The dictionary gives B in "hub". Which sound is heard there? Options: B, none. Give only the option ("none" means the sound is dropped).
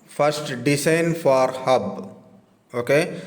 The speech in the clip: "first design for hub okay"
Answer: B